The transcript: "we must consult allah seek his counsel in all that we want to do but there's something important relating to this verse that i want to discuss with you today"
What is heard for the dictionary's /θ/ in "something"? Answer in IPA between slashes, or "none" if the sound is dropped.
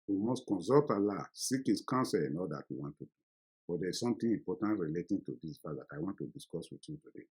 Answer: /t/